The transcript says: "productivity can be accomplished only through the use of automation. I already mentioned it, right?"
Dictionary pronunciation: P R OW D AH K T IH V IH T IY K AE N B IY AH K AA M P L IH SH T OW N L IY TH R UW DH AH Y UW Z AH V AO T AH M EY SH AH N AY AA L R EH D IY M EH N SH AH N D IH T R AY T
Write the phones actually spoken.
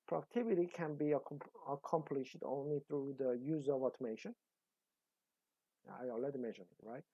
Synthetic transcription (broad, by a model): P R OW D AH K T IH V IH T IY K AE N B IY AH K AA M P L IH SH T OW N L IY TH R UW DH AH Y UW Z AH V AO T AH M EY SH AH N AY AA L EH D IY M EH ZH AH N IH T R AY T